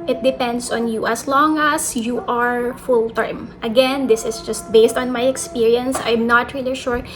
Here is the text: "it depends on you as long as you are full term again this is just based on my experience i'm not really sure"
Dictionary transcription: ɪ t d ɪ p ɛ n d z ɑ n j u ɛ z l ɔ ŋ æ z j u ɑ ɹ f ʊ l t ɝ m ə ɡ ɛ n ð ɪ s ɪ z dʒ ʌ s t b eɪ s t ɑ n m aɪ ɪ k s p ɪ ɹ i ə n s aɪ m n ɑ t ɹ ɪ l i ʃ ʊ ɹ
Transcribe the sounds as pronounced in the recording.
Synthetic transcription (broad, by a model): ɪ t d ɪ p ɛ n d s ɑ n j u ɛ s l ɔ ŋ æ s j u ɑ ɹ f ʊ l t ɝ m ə ɡ ɛ n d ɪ s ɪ s dʒ ʌ s t b eɪ s t ɑ n m aɪ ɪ k s p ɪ ɹ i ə n s aɪ m n ɑ t ɹ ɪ l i ʃ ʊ ɹ